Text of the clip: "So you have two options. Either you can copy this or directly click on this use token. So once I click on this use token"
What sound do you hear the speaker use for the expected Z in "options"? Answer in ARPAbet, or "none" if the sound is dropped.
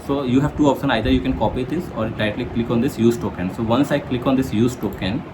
none